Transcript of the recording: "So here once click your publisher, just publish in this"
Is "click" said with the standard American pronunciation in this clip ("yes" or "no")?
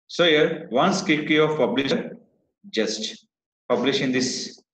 no